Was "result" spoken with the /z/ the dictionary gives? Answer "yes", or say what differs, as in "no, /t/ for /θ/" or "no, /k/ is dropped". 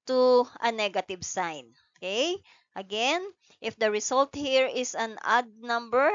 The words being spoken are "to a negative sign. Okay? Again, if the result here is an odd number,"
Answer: no, /s/ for /z/